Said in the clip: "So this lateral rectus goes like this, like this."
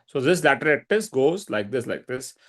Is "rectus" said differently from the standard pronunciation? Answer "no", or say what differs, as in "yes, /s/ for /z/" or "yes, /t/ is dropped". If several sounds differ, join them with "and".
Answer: yes, /k/ is dropped